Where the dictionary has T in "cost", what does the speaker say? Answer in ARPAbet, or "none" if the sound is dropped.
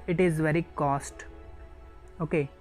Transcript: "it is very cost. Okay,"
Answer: T